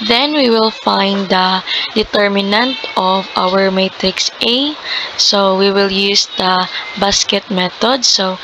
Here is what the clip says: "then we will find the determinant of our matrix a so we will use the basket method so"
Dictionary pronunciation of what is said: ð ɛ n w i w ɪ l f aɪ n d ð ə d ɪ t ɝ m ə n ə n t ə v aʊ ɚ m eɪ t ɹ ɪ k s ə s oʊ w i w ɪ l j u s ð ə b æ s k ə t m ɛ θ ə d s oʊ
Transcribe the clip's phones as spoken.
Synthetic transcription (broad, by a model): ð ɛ n w i w ɪ l f aɪ n d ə d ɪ t ɝ m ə n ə n t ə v aʊ ɚ m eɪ t ɹ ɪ k s ə s oʊ w i w ɪ l j u s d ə b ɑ s k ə t m ɛ t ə d s oʊ